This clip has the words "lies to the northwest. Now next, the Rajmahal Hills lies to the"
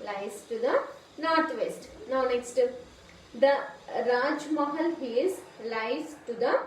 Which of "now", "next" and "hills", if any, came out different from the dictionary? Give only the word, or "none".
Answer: hills